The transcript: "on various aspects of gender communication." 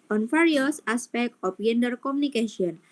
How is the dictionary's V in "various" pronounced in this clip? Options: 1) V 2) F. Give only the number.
2